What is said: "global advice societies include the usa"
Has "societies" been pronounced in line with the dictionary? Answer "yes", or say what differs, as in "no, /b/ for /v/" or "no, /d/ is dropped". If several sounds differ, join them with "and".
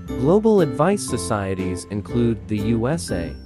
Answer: yes